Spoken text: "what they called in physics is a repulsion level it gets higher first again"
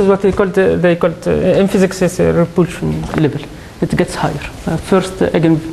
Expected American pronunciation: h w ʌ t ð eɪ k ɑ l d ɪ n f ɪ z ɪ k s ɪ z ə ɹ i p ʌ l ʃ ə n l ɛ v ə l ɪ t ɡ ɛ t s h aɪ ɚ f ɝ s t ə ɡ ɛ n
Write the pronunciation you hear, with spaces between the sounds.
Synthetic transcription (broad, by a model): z w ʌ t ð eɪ k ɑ l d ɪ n f ɪ z ɪ k s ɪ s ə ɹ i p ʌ l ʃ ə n l ɛ v ə l ɪ t ɡ ɛ t s h aɪ ɚ f ɝ s t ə ɡ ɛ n